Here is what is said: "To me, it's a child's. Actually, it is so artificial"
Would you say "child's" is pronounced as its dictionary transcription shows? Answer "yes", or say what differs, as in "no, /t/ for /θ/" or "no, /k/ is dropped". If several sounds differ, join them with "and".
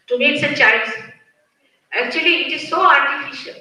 no, /l/ is dropped